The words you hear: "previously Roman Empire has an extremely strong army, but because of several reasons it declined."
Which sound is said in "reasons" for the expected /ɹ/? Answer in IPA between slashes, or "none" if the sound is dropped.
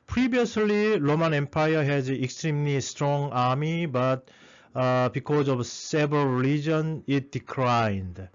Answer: /l/